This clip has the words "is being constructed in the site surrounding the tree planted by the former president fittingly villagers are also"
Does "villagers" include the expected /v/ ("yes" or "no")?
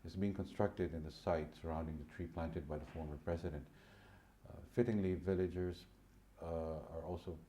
yes